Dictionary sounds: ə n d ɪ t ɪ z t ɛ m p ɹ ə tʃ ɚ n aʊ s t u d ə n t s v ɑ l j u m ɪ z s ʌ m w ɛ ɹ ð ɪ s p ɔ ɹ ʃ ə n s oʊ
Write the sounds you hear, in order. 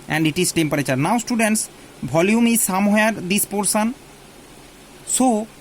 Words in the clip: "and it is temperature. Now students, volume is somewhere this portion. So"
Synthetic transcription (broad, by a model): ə n d ɪ t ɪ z t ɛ m p ɹ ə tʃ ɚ n aʊ s t u d ə n t s b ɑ l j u m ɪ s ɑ m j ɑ ɹ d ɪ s p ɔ ɹ s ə n s oʊ